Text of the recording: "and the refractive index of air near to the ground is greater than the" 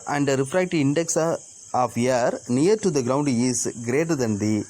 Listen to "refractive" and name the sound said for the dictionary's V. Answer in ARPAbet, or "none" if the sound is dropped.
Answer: none